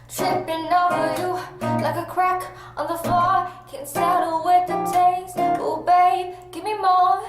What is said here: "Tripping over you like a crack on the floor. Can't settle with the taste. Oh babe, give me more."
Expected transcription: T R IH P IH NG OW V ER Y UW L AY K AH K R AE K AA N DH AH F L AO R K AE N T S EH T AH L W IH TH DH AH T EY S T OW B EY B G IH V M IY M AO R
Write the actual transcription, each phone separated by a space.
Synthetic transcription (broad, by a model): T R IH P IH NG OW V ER Y UW L AY K AH K R AE K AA N DH AH F AO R K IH N S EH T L W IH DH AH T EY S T OW B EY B G IH V M IY M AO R